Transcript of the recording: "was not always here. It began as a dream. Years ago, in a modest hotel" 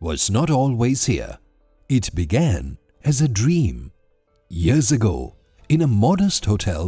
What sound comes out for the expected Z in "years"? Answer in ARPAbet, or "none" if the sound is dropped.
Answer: Z